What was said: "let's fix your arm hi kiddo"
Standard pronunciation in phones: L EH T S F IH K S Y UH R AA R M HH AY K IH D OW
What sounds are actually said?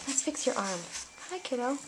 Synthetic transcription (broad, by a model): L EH T S F IH K S Y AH R AA R M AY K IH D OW